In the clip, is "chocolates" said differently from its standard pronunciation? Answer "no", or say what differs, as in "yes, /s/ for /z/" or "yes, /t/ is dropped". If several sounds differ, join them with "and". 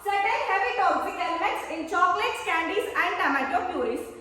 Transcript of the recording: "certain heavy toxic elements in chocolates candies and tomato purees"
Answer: no